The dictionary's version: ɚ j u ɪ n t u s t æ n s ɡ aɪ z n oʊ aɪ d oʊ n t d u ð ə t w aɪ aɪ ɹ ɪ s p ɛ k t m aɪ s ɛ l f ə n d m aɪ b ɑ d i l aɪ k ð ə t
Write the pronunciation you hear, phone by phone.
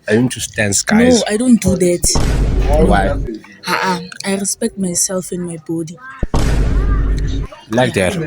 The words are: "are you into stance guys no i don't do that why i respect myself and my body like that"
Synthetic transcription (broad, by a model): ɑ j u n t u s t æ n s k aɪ n oʊ aɪ d oʊ n t d u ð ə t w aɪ aɪ ɹ ɪ s p ɛ k t m aɪ s ɛ l f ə n m aɪ b ɑ d i l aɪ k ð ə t